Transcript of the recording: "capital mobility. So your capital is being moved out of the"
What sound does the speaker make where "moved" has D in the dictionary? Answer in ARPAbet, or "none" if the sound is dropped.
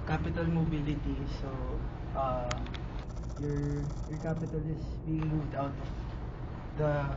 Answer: D